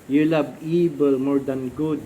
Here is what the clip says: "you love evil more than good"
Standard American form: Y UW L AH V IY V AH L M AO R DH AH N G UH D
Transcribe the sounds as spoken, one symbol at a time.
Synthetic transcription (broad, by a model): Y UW L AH B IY B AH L M AO R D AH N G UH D